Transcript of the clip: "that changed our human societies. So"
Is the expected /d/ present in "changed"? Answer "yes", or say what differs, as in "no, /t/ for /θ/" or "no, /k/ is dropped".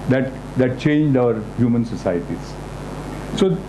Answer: yes